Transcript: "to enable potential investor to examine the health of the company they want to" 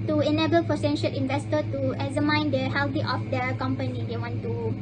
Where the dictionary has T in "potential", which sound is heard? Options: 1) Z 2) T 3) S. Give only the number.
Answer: 3